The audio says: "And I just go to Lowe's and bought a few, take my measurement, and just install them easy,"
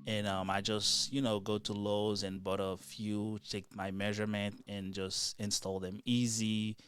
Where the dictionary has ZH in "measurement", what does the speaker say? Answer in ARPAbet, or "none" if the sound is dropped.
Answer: ZH